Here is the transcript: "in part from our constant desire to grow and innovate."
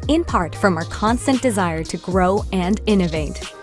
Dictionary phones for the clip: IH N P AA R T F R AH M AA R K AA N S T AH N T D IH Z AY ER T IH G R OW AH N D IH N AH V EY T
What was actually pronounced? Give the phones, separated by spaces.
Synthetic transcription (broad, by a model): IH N P AA R T F R AH M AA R K AA N S T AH N D IH Z AY ER T IH G R OW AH N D IH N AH V EY T